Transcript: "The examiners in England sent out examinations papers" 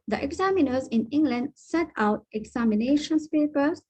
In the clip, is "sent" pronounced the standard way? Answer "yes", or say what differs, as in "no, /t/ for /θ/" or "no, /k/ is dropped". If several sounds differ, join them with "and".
no, /n/ is dropped